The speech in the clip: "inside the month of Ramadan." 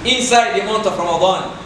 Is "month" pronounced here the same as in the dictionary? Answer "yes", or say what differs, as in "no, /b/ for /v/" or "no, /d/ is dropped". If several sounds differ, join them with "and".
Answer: no, /t/ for /θ/